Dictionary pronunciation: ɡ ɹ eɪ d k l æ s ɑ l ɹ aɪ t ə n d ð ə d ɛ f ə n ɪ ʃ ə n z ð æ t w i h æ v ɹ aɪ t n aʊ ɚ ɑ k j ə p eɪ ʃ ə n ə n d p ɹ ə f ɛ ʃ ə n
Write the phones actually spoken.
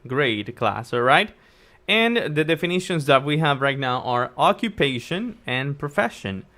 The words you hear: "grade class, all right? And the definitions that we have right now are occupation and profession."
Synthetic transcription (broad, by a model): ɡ ɹ eɪ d k l æ s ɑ ɹ aɪ t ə n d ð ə d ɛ f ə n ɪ ʃ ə n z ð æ t w i h æ v ɹ aɪ t n aʊ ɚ ɑ k j ə p eɪ ʃ ə n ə n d p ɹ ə f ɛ ʃ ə n